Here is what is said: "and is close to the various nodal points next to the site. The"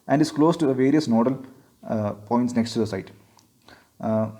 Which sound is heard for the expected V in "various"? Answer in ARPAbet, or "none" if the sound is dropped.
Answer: V